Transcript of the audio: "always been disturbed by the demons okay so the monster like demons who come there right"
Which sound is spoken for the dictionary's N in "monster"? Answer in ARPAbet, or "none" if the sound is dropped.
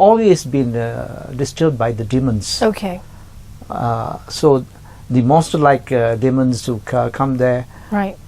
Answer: none